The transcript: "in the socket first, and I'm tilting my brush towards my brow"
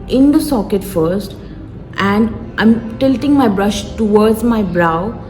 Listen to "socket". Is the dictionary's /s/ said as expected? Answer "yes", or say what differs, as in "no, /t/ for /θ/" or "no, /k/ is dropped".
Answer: yes